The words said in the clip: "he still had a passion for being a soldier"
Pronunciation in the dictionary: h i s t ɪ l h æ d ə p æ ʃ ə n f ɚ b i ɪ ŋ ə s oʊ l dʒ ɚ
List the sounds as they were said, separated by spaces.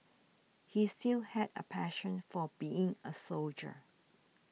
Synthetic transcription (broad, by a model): h i s t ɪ l h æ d ə p æ ʃ ə n f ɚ b i ɪ ŋ ə s oʊ l dʒ ɚ